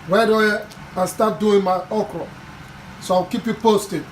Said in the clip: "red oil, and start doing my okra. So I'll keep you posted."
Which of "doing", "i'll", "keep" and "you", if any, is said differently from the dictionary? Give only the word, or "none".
i'll